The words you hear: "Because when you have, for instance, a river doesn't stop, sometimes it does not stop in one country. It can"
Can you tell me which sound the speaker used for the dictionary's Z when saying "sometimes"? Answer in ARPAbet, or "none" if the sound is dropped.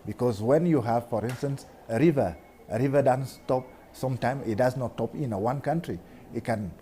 none